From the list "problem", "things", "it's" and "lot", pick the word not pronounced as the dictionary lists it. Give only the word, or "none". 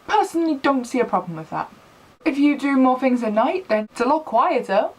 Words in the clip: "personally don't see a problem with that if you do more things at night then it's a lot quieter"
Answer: none